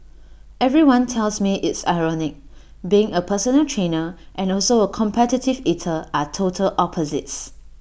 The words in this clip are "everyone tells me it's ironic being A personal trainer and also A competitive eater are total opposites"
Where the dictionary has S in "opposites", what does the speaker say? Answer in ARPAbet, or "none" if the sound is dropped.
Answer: S